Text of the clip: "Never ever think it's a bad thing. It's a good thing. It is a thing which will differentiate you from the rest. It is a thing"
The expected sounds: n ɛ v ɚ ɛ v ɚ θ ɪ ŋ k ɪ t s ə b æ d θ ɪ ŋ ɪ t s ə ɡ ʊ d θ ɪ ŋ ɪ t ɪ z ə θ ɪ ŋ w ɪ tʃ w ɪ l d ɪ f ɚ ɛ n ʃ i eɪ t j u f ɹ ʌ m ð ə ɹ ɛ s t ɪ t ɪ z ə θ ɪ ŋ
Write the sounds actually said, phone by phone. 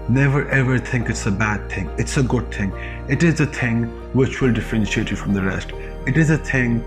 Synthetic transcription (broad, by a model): n ɛ v ɚ ɛ v ɚ θ ɪ ŋ k ɪ t s ə b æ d θ ɪ ŋ ɪ t s ə ɡ ʊ d θ ɪ ŋ ɪ t ɪ z ə θ ɪ ŋ w ɪ tʃ w ɪ l d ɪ f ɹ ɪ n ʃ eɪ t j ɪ f ɹ ʌ m ð ə ɹ ɛ s t ɪ t ɪ z ə θ ɪ ŋ